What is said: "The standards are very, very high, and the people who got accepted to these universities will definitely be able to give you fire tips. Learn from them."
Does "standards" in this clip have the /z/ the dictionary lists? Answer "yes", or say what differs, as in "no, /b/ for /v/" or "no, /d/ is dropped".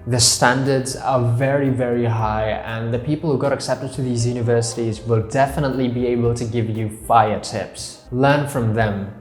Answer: yes